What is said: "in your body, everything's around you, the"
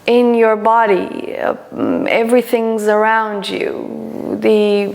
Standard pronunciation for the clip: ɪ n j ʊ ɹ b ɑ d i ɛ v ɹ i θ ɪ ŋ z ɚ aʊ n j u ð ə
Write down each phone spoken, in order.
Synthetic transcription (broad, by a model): ɪ n j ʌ ɹ b ɑ d i ɛ v ɹ i θ ɪ ŋ z ɚ aʊ n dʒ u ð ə